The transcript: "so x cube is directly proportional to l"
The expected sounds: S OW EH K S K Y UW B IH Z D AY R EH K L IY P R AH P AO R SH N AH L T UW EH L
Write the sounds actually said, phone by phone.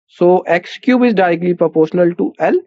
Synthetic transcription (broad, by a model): S OW EH K S K Y UW B IH Z D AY R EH K L IY P R AH P AO R SH N AH L T UW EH L